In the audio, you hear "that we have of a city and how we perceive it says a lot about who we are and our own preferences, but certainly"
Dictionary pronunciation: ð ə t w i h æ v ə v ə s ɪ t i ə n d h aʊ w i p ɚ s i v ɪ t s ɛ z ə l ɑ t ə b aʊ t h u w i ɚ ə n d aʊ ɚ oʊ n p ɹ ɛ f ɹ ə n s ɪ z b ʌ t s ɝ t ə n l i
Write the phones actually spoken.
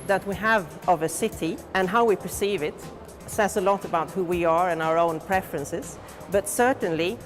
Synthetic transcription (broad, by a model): ð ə t w i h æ v ə v ə s ɪ t i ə n h aʊ w i p ɚ s i v ɪ t s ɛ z ə l ɑ t ə b aʊ t h u w i ɚ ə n aʊ ɚ oʊ n p ɹ ɛ f ɹ ə n s ɪ z b ʌ t s ɝ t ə n l i